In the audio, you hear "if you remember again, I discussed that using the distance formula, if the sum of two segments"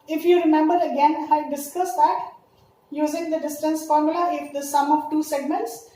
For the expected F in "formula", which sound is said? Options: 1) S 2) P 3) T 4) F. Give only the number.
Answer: 4